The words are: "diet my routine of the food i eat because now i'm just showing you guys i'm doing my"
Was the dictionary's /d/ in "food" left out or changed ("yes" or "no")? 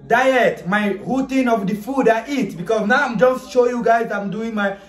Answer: no